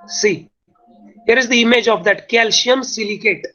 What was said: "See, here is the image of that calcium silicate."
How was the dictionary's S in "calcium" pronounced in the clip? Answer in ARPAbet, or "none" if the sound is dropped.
SH